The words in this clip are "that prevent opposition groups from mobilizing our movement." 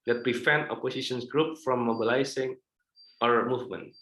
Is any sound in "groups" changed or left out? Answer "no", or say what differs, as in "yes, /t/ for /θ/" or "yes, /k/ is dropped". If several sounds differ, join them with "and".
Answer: yes, /s/ is dropped